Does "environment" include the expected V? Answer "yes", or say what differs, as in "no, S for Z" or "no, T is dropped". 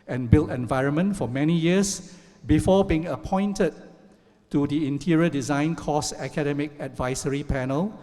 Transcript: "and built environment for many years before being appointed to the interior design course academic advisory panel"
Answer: yes